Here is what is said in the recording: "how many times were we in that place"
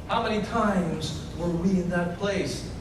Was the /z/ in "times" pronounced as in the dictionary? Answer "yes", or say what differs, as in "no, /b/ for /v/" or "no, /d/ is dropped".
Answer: yes